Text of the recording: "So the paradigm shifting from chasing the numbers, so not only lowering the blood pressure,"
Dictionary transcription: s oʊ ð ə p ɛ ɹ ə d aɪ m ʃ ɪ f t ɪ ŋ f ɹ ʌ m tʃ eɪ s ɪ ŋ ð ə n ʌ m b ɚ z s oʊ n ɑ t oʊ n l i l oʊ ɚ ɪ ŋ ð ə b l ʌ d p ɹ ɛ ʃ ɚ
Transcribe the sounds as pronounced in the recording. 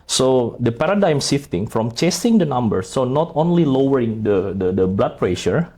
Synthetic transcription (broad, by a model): s oʊ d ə p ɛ ɹ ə d aɪ m s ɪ f t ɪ ŋ f ɹ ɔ m tʃ eɪ s ɪ ŋ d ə n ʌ m b ɚ s oʊ n ɑ t oʊ n l i l oʊ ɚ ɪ ŋ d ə b l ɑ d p ɹ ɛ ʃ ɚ